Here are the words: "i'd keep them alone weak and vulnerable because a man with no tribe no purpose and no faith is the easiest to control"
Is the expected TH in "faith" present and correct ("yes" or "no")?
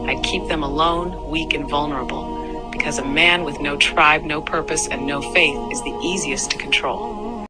yes